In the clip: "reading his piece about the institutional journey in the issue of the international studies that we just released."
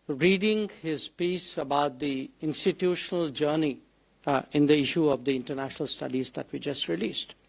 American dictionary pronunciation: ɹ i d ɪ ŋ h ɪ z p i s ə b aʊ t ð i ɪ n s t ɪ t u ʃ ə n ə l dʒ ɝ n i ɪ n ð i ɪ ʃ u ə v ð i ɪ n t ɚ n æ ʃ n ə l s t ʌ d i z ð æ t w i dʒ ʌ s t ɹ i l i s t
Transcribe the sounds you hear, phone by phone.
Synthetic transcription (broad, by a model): ɹ i d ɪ ŋ h ɪ z p i s ə b aʊ t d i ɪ n s t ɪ t u ʃ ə n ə l dʒ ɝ n i ɪ n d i ɪ ʃ u ə v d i ɪ n t ɚ n æ ʃ n ə l s t ʌ d i z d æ t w i dʒ ʌ s t ɹ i l i s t